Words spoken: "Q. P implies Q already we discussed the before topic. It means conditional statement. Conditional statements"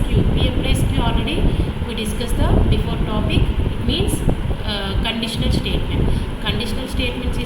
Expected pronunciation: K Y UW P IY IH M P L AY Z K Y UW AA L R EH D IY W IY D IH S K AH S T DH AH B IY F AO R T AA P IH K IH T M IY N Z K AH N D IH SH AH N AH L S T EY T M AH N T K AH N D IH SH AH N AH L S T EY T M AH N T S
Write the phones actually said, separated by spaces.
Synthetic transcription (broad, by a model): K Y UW P IY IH P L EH S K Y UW AA L R EH D IY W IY D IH S K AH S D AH B IY F AO R T AA P IH K IH T M IY N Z K AH N D IH SH AH N AH L S T EY T M AH N T K AH N D IH SH AH N AH L S T EY T M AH N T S